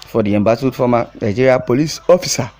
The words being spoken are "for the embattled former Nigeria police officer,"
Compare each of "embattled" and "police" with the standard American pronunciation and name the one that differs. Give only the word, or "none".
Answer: embattled